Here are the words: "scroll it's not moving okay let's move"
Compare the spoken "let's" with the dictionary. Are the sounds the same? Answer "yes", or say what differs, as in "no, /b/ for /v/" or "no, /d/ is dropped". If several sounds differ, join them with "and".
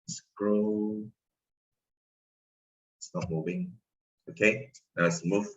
no, /n/ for /l/